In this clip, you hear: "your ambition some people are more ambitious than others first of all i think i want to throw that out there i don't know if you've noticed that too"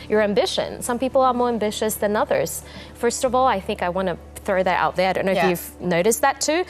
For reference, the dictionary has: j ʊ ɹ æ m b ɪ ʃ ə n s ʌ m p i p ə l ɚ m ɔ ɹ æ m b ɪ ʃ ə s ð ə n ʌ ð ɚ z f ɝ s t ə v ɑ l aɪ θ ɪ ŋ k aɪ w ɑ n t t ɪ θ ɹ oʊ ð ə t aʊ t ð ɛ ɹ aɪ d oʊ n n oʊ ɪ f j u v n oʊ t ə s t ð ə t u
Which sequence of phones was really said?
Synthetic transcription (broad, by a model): j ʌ ɹ æ m b ɪ ʃ ə n s ʌ m p i p l ɚ m ɔ ɹ æ m b ɪ ʃ ə s ð ə n ʌ ð ɚ z f ɝ s t ə v ɑ l aɪ θ ɪ ŋ k aɪ w ɑ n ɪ θ ɹ oʊ ð ə t aʊ t ð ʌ ɹ aɪ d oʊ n n oʊ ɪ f j u v n oʊ t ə s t ð ə t u